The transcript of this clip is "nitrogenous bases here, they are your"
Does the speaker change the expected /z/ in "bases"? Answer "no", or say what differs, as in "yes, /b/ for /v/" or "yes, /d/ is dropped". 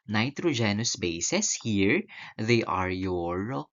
yes, /s/ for /z/